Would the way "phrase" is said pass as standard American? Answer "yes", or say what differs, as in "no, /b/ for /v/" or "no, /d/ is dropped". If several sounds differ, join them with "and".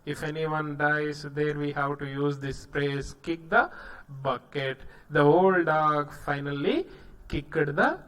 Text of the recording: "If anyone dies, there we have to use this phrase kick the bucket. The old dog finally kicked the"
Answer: no, /p/ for /f/ and /s/ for /z/